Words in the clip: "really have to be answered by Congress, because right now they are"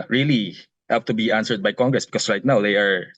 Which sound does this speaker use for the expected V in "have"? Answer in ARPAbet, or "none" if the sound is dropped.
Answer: P